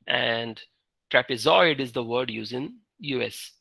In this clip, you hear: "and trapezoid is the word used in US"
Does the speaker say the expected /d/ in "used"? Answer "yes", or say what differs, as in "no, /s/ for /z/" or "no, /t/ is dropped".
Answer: no, /d/ is dropped